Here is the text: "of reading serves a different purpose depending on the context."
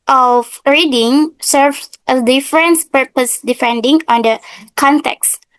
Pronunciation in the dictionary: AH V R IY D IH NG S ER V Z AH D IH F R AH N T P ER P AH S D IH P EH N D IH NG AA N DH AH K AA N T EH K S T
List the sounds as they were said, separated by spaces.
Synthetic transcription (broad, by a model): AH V R IY D IH NG S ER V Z AH D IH F R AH N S P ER P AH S D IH F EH N D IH NG AA N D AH K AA N T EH K S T